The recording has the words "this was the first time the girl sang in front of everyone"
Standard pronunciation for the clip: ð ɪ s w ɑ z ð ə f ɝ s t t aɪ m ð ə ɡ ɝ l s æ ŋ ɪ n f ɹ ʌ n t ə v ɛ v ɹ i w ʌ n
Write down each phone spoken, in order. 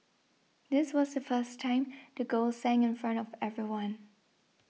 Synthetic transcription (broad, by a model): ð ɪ s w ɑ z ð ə f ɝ s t t aɪ m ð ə ɡ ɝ l s æ ŋ ɪ n f ɹ ʌ n t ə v ɛ v ɹ i w ʌ n